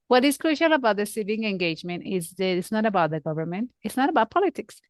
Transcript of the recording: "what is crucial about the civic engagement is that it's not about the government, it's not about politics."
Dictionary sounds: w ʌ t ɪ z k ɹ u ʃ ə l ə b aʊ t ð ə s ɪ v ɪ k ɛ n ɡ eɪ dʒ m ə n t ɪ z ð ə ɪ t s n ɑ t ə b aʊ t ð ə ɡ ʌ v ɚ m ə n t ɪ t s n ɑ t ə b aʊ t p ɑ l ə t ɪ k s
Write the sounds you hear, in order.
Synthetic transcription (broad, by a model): w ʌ t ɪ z k ɹ u ʃ ə l ə b aʊ t ð ə s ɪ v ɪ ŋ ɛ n ɡ eɪ dʒ m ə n t ɪ z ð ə ɪ t s n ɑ t ə b aʊ t ð ə ɡ ʌ v ɚ m ə n t ɪ t s n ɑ t ə b aʊ t p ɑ l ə t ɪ k s